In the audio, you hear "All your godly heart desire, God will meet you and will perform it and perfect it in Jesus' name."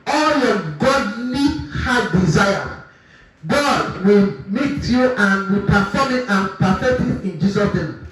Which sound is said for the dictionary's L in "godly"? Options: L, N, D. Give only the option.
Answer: N